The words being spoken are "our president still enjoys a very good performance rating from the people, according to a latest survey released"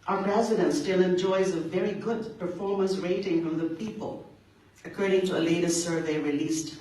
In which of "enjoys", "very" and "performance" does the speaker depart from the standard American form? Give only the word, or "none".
none